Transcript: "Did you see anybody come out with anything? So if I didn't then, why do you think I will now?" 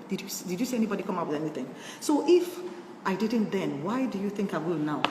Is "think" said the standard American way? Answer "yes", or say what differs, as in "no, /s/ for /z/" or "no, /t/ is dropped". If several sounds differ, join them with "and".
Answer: yes